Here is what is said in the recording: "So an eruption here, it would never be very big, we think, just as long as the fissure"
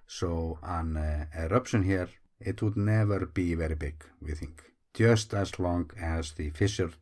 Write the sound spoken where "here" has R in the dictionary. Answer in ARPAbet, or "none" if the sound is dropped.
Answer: R